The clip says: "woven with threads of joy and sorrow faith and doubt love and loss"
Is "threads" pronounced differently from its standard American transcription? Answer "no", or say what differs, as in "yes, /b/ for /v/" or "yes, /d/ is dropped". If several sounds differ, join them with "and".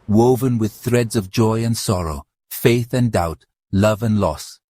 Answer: no